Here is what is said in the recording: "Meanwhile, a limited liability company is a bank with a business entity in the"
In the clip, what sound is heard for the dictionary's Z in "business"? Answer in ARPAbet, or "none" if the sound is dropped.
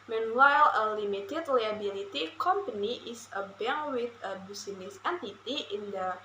S